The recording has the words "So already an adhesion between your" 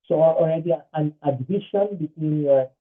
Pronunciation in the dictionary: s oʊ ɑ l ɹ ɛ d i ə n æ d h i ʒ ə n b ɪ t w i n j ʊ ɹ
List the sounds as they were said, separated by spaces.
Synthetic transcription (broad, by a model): s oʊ ɑ l ɹ ɛ d i ə n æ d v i ʃ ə n b ɪ t w i n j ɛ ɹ